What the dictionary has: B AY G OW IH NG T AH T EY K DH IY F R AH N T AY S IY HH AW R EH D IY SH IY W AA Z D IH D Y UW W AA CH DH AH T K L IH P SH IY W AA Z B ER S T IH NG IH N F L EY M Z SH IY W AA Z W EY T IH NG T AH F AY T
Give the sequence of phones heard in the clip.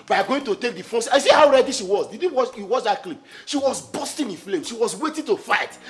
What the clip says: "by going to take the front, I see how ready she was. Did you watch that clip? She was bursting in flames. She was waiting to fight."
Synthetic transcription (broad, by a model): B AY G OW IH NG T AH T EY K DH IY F AO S AY S IY HH AW R EH D IY SH IY W AA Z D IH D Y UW W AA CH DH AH T K L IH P SH IY W AA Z B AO S T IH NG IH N F L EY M SH IY W AA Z W EY T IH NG T AH F AY T